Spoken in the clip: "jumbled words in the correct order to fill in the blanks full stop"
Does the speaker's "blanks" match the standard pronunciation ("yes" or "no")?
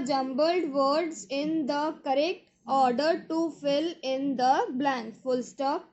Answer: no